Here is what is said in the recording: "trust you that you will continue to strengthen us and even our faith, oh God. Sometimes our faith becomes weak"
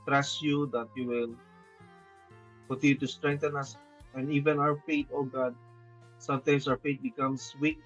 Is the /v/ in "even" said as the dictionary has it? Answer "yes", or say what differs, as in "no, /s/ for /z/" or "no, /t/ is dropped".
yes